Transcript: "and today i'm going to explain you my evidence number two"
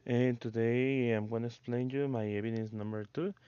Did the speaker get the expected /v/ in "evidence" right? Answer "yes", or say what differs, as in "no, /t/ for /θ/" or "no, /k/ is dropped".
no, /b/ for /v/